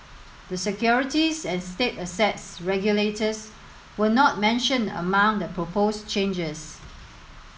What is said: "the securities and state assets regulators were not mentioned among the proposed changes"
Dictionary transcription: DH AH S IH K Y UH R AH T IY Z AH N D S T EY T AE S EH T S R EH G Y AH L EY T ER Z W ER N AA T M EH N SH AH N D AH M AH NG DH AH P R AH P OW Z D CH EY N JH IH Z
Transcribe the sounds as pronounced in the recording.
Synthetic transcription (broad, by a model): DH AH S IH K Y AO R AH T IY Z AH N S T EY T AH S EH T S R EH G Y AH L EY T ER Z W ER N AA T M EH N SH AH N AH M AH NG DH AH P R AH P OW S CH EY N JH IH S